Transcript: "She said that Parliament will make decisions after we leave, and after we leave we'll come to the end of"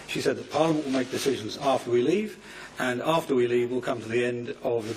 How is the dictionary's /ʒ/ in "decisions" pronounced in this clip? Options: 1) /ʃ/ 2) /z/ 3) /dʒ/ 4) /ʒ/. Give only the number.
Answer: 4